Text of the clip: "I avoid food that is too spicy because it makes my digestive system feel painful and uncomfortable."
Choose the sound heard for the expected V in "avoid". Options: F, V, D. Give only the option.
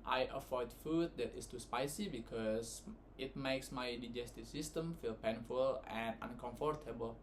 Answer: F